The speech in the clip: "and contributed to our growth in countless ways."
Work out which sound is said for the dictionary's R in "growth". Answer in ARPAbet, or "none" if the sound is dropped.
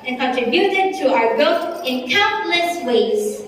none